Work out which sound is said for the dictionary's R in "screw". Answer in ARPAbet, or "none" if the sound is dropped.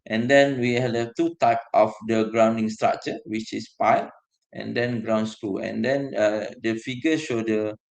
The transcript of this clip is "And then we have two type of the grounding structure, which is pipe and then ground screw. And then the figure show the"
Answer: none